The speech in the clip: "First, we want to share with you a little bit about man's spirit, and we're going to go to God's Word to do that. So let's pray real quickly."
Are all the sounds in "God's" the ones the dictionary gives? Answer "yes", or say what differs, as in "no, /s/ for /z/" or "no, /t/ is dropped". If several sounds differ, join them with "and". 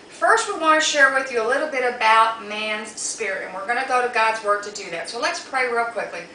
yes